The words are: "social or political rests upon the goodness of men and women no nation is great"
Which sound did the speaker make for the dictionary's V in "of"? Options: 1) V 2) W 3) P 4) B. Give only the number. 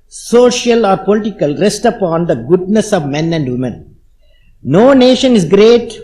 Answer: 1